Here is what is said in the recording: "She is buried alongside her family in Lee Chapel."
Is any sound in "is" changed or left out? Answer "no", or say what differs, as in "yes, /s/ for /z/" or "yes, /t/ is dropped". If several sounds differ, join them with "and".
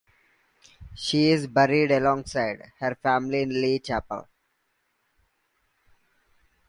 no